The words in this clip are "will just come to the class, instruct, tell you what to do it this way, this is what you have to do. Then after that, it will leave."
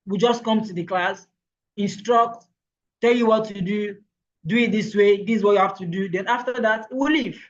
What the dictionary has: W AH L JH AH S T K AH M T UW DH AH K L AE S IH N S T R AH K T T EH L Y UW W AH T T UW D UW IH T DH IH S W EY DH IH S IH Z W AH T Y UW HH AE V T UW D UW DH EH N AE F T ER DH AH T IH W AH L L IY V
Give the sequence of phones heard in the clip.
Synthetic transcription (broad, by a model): W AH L JH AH S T K AH M T UW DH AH K L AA S IH N S T R AH K T T EH L Y UW W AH T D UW D UW IH T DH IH S W EY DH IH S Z W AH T Y UW HH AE F T UW D UW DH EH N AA F T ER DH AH T IH W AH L L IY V